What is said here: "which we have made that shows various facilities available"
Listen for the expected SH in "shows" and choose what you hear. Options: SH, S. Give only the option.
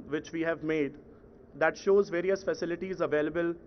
SH